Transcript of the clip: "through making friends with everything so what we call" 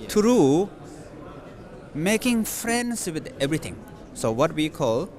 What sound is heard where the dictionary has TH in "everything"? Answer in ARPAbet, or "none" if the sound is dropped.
T